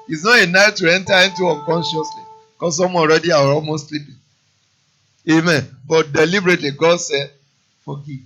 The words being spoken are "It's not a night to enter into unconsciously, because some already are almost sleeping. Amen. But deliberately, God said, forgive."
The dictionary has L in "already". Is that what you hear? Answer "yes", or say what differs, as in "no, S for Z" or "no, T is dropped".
no, N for L